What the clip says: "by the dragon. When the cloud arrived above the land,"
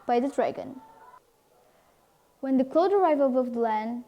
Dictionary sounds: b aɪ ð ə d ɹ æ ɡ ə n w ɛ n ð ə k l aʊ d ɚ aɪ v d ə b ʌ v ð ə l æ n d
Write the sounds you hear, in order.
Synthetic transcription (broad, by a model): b aɪ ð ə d ɹ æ ɡ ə n w ɛ n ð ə k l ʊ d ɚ aɪ v ə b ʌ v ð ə l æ n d